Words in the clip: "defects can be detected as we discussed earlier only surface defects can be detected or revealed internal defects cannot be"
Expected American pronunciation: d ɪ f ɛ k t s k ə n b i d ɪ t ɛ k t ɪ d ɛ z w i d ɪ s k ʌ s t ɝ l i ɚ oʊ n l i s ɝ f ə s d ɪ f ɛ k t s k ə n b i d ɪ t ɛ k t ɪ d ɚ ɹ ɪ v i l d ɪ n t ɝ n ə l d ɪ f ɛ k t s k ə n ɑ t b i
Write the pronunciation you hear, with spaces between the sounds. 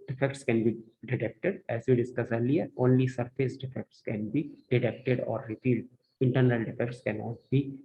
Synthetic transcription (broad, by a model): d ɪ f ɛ k t s k ə n b i d ɪ t ɛ k t ɪ d ɛ z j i d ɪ s k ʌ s ɝ l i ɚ oʊ n l i s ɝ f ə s d ɪ f ɛ k t s k ə n b i d ɪ t ɛ k t ɪ d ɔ ɹ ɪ p i l d ɪ n t ɝ n ə l d ɪ f ɛ k t s k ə n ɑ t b i